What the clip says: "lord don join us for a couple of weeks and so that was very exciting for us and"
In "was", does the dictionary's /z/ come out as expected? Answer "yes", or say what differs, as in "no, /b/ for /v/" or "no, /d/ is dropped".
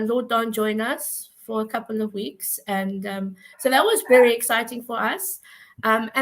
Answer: yes